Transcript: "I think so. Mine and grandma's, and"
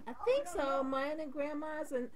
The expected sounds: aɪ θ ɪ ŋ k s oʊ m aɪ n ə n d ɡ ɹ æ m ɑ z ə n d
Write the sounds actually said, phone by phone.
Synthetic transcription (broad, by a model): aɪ θ ɪ ŋ k s oʊ m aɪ ə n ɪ ɡ ɹ æ m ɑ z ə n